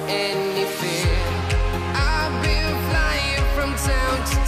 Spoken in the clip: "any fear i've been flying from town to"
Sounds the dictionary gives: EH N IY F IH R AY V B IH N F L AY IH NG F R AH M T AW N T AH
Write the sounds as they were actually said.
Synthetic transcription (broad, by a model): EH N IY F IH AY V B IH L F L AY IH NG F R AH M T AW N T